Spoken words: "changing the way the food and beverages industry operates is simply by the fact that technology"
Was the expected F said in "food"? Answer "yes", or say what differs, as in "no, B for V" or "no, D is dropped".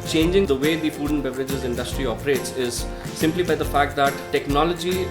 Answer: no, P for F